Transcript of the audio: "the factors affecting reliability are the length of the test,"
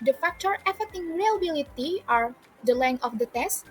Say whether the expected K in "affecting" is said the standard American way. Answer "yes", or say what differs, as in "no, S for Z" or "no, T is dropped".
no, K is dropped